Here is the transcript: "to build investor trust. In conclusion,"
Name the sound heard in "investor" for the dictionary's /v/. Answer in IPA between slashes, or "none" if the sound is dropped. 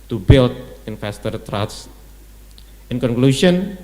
/f/